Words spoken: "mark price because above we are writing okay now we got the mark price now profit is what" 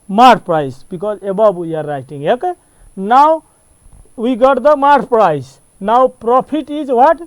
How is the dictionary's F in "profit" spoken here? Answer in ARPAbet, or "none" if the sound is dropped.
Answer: P